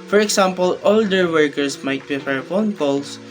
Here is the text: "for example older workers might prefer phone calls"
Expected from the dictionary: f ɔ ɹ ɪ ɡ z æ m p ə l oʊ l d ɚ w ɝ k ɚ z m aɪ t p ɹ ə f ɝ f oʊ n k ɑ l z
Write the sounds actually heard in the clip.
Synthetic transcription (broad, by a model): f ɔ ɹ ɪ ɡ s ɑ m p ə l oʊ l d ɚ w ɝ k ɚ s m aɪ t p ə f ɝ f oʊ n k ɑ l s